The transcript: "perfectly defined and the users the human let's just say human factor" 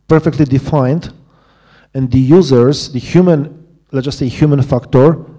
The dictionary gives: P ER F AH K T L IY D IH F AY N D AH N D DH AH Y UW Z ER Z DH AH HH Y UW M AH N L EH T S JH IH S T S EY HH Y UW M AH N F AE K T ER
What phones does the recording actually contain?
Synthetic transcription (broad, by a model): P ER F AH K T L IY D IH F AY N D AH N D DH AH Y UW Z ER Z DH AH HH Y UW M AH N L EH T JH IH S S EY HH Y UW M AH N F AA K T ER